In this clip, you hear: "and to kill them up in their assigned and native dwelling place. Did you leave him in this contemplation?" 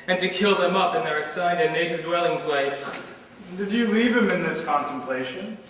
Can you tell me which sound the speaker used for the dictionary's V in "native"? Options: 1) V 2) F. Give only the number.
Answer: 1